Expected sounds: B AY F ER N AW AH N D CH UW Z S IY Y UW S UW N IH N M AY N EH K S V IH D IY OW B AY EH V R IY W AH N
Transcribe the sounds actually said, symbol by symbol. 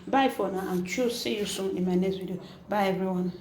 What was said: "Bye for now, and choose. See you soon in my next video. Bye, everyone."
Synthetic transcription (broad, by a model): B AY F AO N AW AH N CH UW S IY Y UW S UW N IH M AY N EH S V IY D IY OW B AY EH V R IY W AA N